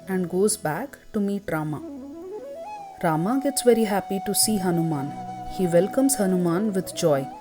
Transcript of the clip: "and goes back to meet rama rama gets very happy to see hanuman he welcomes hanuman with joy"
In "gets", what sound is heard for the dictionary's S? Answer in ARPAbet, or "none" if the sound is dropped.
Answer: S